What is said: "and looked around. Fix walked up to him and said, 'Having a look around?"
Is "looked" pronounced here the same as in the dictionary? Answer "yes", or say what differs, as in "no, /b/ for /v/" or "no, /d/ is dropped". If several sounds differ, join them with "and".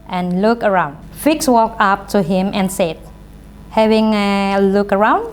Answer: no, /t/ is dropped